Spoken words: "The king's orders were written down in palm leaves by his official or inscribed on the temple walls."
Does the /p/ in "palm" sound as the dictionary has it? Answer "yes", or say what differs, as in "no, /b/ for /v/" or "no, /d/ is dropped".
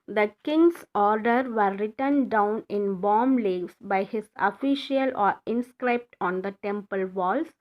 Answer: no, /b/ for /p/